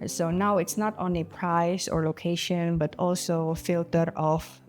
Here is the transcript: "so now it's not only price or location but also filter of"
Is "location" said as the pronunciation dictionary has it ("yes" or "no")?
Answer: yes